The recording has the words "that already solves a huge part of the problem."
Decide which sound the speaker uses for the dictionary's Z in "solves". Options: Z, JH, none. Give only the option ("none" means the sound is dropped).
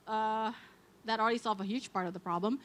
none